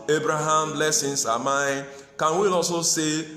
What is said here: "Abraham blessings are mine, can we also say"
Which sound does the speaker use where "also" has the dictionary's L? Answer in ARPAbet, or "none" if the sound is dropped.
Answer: none